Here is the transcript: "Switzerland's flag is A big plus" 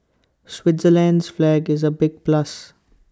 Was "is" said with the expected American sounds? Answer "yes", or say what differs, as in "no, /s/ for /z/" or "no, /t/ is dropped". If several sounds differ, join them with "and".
yes